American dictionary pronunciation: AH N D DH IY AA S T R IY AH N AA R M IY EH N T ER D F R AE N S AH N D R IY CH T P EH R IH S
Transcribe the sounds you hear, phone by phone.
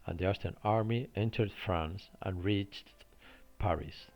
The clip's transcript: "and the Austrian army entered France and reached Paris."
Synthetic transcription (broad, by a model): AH N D DH IY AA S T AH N AA R M IY EH N T ER D F R AE N S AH N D R IY CH T P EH R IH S